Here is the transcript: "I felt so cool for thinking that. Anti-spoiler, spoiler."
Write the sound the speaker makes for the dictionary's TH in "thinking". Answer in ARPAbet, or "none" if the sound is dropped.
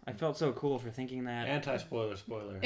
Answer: TH